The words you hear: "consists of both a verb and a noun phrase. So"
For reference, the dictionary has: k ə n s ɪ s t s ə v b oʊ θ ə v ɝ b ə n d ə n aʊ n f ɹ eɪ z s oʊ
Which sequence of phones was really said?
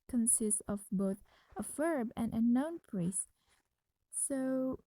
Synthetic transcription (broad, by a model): k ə n s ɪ s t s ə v b oʊ θ ə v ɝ b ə n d ə n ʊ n p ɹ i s s oʊ